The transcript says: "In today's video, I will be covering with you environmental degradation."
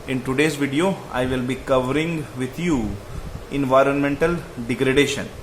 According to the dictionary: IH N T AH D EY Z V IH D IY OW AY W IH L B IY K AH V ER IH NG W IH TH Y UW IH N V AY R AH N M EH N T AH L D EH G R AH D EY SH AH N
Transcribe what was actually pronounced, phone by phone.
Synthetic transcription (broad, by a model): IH N T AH D EY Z V IH D IY OW AY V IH L B IY K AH V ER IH NG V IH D Y UW IH N V AY R AH N M EH N T AH L D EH G R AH D EY SH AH N